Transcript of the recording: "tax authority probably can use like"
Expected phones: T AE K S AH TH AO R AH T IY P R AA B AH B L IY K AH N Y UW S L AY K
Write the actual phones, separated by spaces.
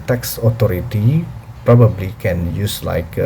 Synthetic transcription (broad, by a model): T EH K S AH T AO R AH T IY P R AA B AH B L IY K AH N Y UW S L AY K